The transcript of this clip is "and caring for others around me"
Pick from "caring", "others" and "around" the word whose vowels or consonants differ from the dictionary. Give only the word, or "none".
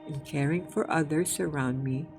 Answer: others